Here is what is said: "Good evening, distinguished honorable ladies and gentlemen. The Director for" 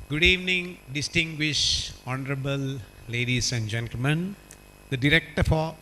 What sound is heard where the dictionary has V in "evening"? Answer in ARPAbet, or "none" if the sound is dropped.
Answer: V